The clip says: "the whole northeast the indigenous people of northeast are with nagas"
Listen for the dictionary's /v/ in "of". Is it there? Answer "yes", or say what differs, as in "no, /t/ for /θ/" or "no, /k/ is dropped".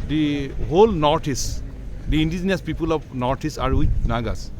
no, /p/ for /v/